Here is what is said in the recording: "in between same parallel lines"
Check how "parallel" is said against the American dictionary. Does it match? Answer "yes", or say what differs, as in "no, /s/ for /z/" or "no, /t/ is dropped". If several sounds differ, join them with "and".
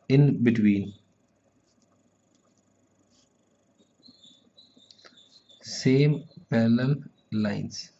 no, /l/ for /ɹ/